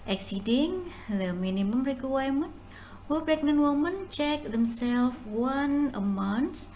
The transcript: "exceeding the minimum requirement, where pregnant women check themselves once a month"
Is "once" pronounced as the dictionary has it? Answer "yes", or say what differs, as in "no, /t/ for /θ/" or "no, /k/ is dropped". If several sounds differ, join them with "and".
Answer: no, /s/ is dropped